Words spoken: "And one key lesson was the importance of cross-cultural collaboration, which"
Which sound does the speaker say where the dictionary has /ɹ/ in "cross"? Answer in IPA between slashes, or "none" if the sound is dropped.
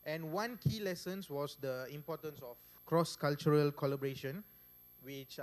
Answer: /ɹ/